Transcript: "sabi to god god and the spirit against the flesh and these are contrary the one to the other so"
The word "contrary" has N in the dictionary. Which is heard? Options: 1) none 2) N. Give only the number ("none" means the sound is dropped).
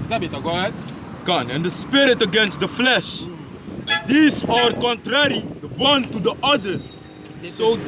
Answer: 2